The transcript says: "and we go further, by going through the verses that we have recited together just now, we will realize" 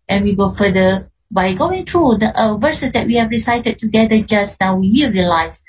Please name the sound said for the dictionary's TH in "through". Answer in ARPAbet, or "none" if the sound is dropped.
T